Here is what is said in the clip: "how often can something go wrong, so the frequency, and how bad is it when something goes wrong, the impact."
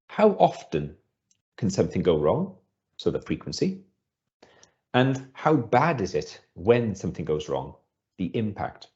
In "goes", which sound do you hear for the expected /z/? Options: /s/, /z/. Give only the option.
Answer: /z/